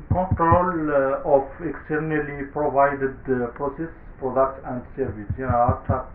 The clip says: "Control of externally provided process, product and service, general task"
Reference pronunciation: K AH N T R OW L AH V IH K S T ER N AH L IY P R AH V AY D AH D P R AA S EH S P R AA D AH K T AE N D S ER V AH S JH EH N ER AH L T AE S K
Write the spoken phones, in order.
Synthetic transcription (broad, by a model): K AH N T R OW L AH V IH K S T ER N AH L IY P R AH V AY D AH D P R AA S EH S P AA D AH T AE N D S ER V AH S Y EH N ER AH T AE